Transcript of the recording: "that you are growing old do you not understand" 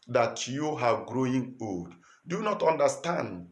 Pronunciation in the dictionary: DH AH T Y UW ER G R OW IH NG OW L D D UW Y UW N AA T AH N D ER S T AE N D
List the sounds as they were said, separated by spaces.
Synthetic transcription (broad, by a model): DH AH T Y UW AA G R OW IH NG OW L D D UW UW N AA T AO N D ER S T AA N D